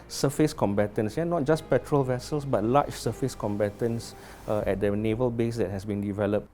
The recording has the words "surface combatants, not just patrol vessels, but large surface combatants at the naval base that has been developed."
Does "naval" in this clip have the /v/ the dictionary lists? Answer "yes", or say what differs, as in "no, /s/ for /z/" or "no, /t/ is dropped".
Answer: yes